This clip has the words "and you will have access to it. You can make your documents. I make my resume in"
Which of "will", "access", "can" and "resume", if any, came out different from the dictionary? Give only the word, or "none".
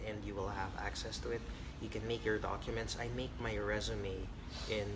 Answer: none